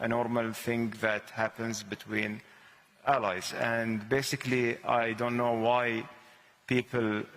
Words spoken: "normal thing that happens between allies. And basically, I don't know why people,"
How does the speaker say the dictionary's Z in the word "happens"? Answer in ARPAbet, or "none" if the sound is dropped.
Z